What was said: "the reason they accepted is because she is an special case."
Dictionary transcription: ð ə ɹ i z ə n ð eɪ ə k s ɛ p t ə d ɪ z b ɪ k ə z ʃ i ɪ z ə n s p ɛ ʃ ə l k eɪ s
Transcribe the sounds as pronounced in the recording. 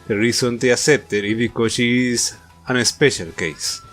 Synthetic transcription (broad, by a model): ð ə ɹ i s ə n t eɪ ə s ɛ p t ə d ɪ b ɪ k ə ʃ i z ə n s p ɛ ʃ ə l k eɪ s